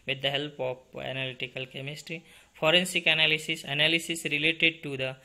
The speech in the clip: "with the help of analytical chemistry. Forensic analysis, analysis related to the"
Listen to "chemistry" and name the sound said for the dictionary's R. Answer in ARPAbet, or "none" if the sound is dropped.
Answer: R